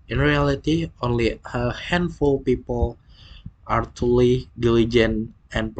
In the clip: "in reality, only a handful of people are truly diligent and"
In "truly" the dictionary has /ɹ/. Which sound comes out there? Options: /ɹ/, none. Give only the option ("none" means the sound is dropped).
none